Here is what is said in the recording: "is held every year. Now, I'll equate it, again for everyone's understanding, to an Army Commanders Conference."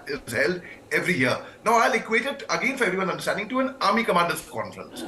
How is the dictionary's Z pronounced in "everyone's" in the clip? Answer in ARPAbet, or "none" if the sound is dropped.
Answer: none